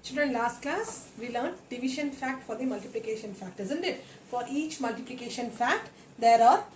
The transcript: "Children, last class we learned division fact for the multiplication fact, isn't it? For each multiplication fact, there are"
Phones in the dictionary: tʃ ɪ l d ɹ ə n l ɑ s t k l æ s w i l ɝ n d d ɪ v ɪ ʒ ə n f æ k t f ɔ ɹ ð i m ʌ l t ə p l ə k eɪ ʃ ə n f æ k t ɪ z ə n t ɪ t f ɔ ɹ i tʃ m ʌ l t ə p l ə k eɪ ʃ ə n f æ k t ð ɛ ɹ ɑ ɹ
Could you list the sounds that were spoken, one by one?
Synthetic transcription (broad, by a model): tʃ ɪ l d ɹ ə n l ɑ s t k l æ s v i l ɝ n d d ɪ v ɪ ʃ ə n f æ k t f ɔ ɹ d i m ʌ l t ə p l ə k eɪ ʃ ə n f æ k t ɪ z ə n t ɪ t f ɔ ɹ i tʃ m ʌ l t ə p l ə k eɪ ʃ ə n f æ k t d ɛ ɹ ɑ ɹ